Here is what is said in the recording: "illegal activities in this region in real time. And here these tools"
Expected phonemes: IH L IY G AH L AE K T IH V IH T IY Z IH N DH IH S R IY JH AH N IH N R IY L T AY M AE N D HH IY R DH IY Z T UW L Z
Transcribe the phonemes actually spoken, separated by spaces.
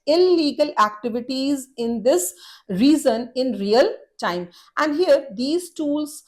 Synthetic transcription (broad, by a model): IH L IY G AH L AE K T IH V IH T IY Z IH N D IH S R IY Z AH N IH N R IY L T AY M AE N D HH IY R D IY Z T UW L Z